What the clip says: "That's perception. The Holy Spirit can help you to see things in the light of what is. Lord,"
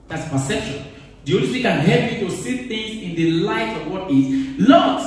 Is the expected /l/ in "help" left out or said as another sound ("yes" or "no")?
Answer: yes